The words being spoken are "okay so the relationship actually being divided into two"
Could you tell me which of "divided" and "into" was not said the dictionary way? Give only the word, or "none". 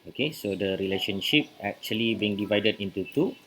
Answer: none